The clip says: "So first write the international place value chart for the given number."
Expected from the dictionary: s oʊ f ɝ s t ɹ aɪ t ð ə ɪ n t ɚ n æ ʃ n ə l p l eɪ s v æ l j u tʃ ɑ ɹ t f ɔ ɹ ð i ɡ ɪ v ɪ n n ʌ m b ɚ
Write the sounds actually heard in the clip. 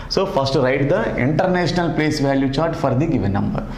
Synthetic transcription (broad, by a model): s oʊ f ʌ s t ɹ aɪ t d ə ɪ n t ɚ n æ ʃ n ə l p l eɪ s v æ l j u tʃ ɑ ɹ t f ɔ ɹ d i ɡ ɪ v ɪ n n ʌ m b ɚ